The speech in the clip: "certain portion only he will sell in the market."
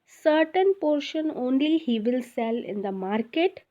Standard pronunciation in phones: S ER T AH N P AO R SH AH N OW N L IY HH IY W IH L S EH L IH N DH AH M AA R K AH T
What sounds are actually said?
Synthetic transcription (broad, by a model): S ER T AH N P AO R SH AH N OW N L IY HH IY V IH L S EH L IH N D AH M AA R K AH T